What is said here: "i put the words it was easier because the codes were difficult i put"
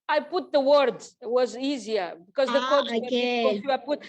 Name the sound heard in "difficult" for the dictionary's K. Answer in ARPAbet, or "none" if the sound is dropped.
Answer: none